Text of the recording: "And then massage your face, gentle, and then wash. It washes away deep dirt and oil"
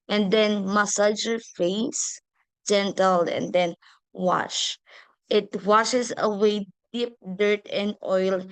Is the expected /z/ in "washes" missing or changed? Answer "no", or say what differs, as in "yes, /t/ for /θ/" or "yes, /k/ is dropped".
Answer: yes, /s/ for /z/